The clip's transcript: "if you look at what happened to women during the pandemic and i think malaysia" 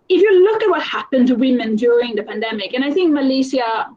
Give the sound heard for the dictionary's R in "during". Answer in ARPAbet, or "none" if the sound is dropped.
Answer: R